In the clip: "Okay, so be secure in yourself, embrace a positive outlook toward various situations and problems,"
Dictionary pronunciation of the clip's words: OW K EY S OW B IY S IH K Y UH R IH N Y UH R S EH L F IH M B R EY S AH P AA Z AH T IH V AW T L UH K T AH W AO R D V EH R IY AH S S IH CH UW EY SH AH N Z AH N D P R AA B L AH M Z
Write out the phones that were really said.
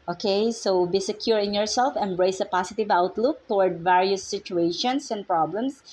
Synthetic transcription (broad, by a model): OW K EY S OW B IY S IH K Y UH R IH N Y UH R S EH L F IH M B R EY S AH P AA S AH T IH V AW T L UH K T AH W AO R D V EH R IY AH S S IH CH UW EY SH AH N S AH N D P R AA B L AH M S